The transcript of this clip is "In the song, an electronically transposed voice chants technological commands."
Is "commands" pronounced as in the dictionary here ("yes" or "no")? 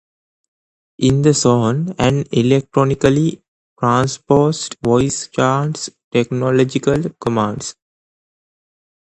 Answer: no